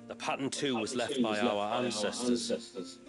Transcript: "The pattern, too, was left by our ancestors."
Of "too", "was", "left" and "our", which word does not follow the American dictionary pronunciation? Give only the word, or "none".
none